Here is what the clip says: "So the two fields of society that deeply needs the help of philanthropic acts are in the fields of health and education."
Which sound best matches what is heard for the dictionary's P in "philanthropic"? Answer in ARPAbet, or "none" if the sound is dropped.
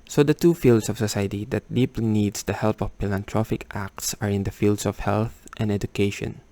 F